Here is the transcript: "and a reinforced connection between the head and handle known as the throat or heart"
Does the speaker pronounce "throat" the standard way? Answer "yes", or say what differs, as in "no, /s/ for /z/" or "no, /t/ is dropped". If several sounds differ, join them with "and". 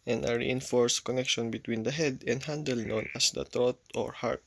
no, /t/ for /θ/